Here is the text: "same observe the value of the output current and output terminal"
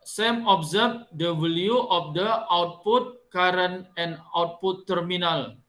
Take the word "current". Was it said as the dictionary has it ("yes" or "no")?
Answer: no